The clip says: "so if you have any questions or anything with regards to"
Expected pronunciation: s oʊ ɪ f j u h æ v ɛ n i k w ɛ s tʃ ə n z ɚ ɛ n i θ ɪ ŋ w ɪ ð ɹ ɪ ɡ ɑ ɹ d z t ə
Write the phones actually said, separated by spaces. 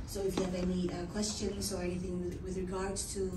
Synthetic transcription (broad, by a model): s oʊ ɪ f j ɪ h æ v ɛ n i k w ɛ s tʃ ə n z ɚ ɛ n i θ ɪ ŋ w ɪ ð ɹ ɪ ɡ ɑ ɹ d t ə